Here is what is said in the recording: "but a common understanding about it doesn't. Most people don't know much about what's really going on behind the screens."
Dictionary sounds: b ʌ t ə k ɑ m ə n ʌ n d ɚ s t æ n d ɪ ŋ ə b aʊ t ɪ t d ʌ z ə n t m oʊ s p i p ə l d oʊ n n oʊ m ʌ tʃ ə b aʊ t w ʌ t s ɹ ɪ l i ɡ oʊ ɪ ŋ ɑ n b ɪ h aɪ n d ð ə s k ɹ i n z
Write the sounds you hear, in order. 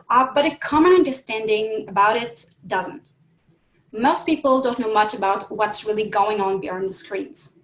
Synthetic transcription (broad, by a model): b ʌ t ə k ɑ m ə n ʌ n d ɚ s t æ n d ɪ ŋ ə b aʊ t ɪ t d ʌ z ə n t m oʊ s p i p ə l d oʊ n n oʊ m ʌ tʃ ə b aʊ t w ʌ t s ɹ ɪ l i ɡ oʊ ɪ ŋ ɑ n b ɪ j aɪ n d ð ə s k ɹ i n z